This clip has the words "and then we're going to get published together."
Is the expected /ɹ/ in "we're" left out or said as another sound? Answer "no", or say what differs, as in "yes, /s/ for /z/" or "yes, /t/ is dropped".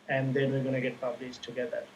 yes, /l/ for /ɹ/